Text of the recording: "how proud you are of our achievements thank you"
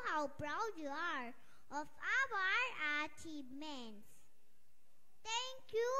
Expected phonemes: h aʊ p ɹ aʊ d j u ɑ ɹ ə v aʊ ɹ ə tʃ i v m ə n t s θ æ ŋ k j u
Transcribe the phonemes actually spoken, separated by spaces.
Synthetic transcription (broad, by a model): h aʊ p ɹ aʊ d j u ɑ ɹ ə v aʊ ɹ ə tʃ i m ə n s t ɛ ŋ k j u